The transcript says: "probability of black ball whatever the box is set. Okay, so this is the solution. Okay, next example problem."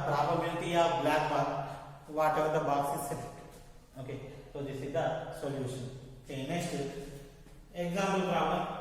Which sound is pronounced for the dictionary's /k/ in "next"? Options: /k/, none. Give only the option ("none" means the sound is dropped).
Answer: none